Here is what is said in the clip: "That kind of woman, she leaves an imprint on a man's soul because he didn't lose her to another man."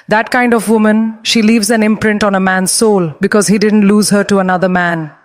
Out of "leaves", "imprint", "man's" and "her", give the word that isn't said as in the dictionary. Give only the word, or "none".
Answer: none